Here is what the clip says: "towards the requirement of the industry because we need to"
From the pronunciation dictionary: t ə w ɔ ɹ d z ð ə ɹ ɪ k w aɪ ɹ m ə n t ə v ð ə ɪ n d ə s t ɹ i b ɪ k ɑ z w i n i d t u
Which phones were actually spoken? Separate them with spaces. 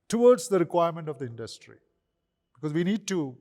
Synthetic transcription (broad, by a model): t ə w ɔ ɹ d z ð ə ɹ ɪ k w aɪ ɹ m ə n t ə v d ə ɪ n d ə s t ɹ i b ɪ k ɑ z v i n i d t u